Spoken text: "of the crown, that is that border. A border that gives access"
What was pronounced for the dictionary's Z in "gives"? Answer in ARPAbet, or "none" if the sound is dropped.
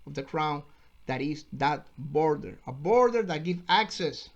none